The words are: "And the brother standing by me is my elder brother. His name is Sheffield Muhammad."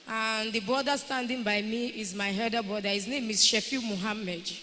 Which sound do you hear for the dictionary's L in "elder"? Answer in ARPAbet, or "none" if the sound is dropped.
none